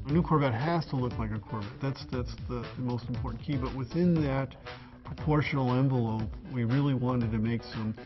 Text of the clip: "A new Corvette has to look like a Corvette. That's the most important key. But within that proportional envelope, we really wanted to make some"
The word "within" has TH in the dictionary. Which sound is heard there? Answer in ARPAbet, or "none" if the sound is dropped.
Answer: TH